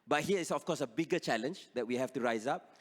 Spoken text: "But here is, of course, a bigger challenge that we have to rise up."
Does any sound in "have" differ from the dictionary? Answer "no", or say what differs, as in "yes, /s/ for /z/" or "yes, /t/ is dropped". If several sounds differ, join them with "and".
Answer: yes, /f/ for /v/